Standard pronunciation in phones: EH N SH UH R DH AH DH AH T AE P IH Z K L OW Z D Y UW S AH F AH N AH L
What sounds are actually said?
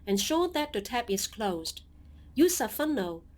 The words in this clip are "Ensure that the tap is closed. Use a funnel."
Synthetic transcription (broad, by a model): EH N SH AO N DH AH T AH T AE P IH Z K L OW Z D Y UW S AH F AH N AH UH